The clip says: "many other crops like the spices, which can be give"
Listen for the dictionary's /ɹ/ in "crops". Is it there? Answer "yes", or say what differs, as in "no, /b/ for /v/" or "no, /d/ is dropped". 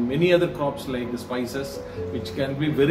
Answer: yes